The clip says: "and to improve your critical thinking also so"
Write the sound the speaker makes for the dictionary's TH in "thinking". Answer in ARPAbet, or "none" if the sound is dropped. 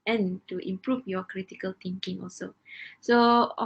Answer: T